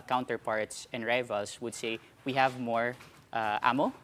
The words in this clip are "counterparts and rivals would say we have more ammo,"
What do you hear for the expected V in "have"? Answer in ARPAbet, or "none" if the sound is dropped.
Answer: V